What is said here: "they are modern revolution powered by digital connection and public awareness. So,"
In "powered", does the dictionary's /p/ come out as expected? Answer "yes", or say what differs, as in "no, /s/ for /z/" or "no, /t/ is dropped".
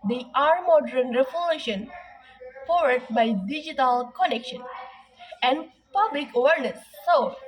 no, /f/ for /p/